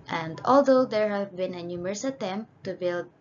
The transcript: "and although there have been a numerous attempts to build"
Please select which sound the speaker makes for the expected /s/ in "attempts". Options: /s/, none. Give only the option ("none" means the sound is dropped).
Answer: none